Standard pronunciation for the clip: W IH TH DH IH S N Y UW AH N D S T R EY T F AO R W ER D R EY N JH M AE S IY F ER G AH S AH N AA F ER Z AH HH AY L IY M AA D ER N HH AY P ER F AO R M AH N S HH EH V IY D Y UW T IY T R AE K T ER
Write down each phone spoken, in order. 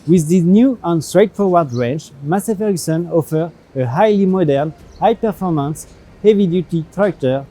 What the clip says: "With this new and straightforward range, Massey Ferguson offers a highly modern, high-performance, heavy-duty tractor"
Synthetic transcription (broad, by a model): W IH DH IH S N Y UW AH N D S T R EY T F AO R W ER D R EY N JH M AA S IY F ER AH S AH N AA F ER AH HH AY L IY M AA D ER N HH AY P ER F AO R M AH N S HH EH V IY D Y UW T IY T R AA K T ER